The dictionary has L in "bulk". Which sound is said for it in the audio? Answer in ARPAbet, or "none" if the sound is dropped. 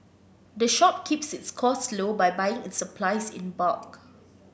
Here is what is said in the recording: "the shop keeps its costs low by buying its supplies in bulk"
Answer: none